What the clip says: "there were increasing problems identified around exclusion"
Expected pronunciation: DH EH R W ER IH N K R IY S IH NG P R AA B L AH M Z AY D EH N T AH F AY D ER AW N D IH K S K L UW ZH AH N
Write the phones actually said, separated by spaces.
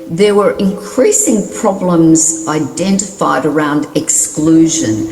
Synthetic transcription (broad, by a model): DH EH R W ER IH N K R IY S IH NG P R AA B L AH M Z AY D EH N T AH F AY D ER AW N D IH K S K L UW ZH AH N